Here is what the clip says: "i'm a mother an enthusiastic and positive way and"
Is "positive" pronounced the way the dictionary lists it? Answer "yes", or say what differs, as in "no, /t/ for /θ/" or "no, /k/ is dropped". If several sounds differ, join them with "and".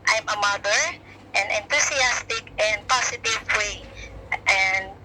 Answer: no, /s/ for /z/